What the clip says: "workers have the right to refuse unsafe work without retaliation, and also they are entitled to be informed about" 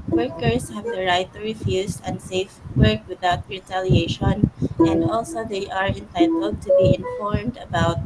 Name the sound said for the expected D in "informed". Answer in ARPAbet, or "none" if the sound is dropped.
D